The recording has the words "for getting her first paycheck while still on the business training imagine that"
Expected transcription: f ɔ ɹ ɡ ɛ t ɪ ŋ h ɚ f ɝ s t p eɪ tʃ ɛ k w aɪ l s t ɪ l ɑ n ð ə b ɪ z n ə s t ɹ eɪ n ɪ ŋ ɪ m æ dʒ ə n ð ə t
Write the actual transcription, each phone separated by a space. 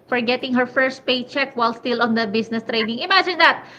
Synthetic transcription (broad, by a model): f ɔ ɹ ɡ ɛ t ɪ ŋ h ɚ f ɝ s t p eɪ tʃ ɛ k w aɪ l s t ɪ l ɑ n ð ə b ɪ s n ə s t ɹ eɪ n ɪ ŋ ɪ m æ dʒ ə n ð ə t